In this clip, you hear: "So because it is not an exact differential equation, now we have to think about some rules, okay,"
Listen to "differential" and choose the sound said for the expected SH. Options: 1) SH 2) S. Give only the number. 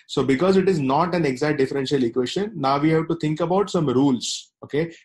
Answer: 1